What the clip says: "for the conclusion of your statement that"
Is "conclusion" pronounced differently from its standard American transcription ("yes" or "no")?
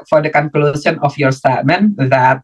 yes